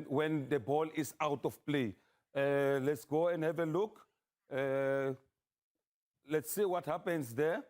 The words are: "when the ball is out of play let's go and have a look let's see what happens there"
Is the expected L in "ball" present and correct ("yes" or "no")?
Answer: yes